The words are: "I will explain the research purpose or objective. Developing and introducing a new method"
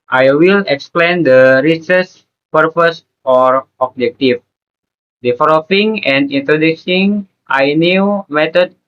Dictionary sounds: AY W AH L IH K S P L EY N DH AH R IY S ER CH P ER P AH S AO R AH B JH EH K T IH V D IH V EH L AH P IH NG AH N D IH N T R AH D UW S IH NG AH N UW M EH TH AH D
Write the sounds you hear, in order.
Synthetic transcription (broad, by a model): AY W AH L IH K S P L EY N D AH R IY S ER S P ER P AH S AO R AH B JH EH K T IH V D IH F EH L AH F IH NG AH N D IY N T R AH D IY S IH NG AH N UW M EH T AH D